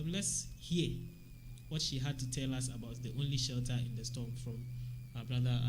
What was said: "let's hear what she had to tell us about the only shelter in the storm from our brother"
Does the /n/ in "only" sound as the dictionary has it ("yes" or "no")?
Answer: yes